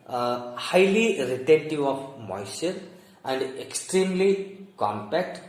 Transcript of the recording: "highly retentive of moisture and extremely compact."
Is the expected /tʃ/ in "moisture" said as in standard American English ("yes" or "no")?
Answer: no